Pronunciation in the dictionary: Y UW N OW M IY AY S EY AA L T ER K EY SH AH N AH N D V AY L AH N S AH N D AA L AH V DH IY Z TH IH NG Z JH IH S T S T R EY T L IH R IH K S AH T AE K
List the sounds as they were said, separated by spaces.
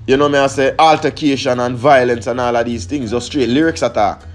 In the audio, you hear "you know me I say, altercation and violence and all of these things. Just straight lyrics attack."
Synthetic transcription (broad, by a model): Y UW N OW M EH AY S EY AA L T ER K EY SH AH N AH N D V AY L AH N S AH N AA L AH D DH IY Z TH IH NG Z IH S S T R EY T L IH R IH K S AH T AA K